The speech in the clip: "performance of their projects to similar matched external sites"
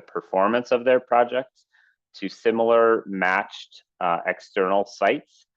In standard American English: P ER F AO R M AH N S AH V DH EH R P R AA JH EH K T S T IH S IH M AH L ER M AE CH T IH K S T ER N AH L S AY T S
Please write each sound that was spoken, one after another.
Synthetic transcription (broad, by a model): P ER F AO R M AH N S AH V DH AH R P R AA JH EH K T S T IH S IH M L ER M AE CH T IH K S T ER N L S AY T S